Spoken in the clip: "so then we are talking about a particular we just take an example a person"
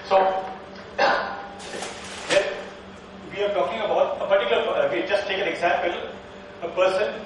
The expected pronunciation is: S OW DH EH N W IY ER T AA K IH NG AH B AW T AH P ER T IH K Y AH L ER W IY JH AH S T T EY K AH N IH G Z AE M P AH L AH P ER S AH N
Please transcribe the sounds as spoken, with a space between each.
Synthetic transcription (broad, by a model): S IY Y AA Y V IY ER T AA K IH NG AH B AW T AH P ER T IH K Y L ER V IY JH AH S T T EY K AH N IH G Z AE M P AH L AH P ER S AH N